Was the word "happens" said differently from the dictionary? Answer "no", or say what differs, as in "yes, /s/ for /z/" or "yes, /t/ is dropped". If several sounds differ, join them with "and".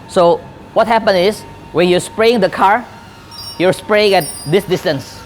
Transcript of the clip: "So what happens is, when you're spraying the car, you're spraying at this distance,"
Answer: yes, /z/ is dropped